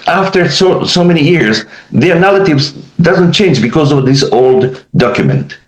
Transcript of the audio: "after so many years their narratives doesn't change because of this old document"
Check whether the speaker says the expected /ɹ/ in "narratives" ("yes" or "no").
no